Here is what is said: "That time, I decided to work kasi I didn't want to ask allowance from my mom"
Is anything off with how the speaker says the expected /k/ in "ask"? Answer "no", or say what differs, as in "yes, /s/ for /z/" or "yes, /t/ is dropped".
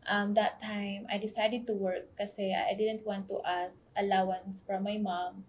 yes, /k/ is dropped